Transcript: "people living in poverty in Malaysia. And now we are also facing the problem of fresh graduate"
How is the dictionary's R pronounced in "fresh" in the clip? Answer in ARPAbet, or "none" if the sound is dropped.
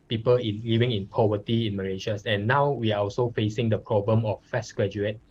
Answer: none